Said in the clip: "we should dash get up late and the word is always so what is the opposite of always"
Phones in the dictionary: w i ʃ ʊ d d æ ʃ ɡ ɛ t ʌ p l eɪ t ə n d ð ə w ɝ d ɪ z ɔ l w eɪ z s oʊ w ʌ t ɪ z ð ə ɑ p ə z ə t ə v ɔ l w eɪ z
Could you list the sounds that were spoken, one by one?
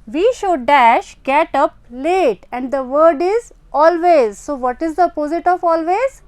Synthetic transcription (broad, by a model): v i ʃ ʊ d d æ ʃ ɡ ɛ t ʌ p l eɪ t ə n d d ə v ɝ d ɪ z ɔ l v eɪ z s oʊ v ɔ t ɪ z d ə p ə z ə t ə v ɔ l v eɪ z